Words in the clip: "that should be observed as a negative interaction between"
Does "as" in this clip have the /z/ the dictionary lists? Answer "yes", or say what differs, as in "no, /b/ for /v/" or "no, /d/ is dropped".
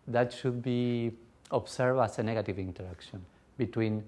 no, /s/ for /z/